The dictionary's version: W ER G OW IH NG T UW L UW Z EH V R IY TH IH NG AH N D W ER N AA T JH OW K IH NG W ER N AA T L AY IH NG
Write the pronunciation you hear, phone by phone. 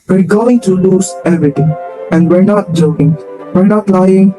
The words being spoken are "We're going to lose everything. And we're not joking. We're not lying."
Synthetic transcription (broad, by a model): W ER G OW IH NG T UW L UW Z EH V R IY T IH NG AH N D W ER N AA T JH OW K IH NG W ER N AA T L AY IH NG